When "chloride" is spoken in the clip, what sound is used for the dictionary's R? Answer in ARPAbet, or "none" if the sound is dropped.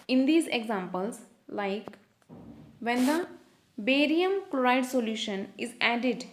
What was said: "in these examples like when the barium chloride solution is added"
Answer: R